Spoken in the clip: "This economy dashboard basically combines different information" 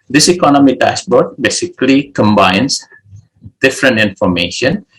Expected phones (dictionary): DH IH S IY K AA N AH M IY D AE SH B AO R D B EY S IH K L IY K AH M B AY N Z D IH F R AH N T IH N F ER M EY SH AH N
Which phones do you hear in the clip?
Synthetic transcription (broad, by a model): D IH S IY K AA N AH M IY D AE S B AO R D B EY S IH K L IY K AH M B AY N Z D IH F R AH N T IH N F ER M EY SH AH N